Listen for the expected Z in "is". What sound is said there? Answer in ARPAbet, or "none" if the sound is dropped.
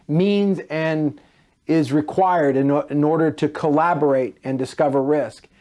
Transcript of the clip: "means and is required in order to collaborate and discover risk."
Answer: Z